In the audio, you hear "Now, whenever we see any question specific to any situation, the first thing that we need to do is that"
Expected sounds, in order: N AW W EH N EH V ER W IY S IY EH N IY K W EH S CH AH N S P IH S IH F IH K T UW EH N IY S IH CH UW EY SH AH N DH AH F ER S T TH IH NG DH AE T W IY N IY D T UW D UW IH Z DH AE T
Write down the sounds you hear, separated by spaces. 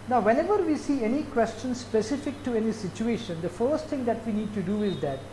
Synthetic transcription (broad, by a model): N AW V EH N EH V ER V IY S IY EH N IY K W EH S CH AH N S P IH S IH F IH K T UW EH N IY S IH CH UW EY SH AH N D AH F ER S T T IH NG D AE T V IY N IY D T UW D UW IH Z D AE T